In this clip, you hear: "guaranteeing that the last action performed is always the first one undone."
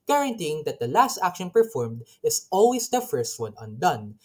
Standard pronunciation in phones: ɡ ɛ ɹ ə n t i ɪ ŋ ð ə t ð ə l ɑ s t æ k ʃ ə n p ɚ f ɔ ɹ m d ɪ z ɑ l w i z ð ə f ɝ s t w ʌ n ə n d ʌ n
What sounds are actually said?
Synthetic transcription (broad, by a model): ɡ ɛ ɹ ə n t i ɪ ŋ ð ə t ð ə l ɑ s t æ k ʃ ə n p ɚ f ɔ ɹ m d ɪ s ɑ l w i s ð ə f ɝ s t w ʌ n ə n d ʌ n